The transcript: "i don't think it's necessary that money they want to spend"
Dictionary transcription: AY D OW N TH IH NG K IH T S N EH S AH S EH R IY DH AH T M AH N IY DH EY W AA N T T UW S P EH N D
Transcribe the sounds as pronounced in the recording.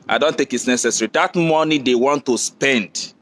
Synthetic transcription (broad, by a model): AY D OW N T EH K IH T S N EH S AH S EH R IY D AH T M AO N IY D EY W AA N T T UW S P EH N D